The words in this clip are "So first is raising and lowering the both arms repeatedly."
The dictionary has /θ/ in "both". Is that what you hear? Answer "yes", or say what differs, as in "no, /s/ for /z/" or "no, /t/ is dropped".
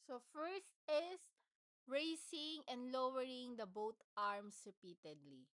no, /t/ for /θ/